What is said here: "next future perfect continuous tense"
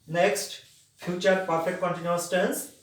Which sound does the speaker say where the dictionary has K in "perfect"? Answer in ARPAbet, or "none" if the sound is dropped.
none